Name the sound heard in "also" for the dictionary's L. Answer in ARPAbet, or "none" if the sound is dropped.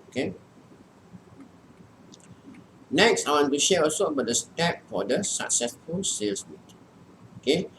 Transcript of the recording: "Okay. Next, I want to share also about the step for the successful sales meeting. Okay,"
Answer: none